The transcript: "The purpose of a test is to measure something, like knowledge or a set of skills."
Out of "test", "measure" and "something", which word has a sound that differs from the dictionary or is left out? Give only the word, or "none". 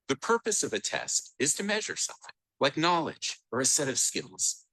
none